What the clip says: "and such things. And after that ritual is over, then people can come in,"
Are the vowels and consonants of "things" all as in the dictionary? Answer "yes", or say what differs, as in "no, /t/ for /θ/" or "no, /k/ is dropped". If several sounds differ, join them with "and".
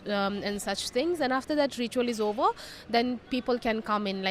no, /t/ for /θ/